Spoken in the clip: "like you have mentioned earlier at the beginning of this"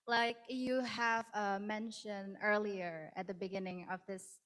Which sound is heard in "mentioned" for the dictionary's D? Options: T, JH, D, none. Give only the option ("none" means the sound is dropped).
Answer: none